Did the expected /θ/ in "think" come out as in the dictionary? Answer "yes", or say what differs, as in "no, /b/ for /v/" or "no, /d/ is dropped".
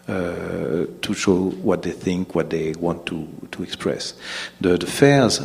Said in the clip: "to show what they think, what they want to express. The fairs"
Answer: yes